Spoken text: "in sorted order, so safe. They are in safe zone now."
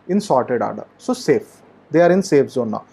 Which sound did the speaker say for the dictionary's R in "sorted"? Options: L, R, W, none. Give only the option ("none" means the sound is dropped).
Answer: R